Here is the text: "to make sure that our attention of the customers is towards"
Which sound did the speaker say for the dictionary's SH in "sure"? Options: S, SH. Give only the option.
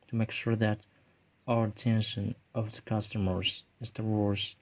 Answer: SH